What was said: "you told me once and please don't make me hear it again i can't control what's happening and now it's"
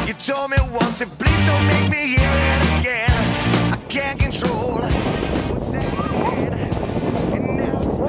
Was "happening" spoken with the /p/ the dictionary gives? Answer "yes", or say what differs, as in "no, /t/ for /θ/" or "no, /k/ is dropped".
no, /p/ is dropped